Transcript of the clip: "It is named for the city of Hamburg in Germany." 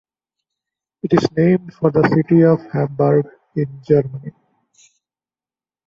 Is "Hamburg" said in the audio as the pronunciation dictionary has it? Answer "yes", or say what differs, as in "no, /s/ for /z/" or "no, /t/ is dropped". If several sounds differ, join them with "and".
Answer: yes